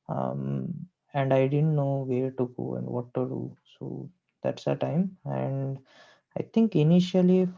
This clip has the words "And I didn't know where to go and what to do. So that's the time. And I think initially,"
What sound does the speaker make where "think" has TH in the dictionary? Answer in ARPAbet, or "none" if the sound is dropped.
T